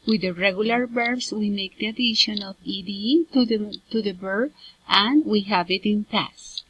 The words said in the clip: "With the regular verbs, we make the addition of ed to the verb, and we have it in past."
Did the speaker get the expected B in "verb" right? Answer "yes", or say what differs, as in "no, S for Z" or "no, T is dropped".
no, B is dropped